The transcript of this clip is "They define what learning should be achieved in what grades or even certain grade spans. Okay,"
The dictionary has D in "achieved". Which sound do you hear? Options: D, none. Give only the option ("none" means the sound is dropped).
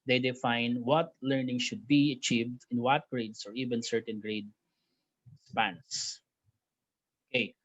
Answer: D